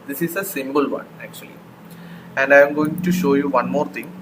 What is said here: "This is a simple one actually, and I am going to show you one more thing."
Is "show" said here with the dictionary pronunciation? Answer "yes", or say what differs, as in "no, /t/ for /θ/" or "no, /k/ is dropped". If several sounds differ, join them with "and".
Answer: yes